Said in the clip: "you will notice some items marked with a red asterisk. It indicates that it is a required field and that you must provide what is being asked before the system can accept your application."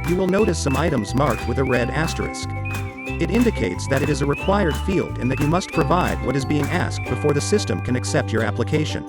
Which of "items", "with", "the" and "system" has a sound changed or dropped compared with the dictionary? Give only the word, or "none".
none